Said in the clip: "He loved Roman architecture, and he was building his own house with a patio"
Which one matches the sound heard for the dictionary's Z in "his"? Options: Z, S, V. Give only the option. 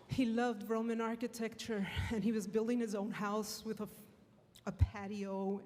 Z